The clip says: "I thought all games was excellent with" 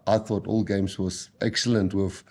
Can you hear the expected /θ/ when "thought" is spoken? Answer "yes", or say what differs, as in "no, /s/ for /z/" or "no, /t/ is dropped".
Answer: yes